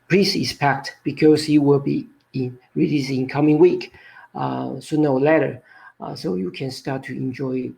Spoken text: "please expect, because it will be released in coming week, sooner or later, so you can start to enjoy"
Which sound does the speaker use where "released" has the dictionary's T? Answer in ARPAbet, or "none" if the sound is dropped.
none